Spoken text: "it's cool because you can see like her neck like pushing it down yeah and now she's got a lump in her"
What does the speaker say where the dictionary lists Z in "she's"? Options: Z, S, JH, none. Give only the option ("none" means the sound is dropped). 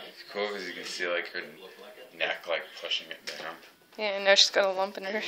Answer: S